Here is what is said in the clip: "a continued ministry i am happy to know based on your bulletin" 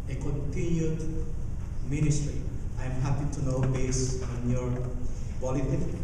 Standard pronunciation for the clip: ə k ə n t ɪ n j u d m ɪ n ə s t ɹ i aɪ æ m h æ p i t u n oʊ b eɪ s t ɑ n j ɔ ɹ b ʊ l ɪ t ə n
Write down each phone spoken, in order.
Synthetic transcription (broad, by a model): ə k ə n t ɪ n j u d m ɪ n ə s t ɹ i aɪ m h æ p i t u n oʊ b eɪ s ɑ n j ɔ ɹ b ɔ l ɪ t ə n